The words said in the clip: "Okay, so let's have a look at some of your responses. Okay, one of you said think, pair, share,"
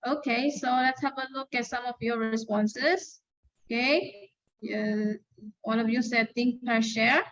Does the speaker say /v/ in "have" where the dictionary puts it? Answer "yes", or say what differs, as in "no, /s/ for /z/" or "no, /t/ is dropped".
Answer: no, /p/ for /v/